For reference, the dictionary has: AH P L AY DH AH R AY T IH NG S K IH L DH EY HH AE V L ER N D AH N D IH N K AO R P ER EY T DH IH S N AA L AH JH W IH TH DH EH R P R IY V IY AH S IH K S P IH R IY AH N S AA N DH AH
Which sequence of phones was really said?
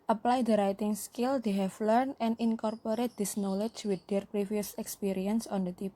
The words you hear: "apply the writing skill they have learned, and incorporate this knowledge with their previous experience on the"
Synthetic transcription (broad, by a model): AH P L AY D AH R AY T IH NG S K IH L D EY HH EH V L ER N AH N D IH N K AO R P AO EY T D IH S N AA L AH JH W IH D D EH R P R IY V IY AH S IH K S P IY R IY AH N S AA N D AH